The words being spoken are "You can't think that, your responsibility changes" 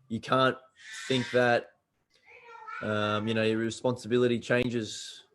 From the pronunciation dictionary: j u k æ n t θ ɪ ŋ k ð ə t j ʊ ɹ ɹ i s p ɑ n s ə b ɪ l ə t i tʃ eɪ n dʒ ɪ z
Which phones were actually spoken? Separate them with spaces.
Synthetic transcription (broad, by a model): j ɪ k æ n θ ɪ ŋ k ð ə t j ʊ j ɹ i s p ɑ n s ə b ɪ l ə t i tʃ eɪ n dʒ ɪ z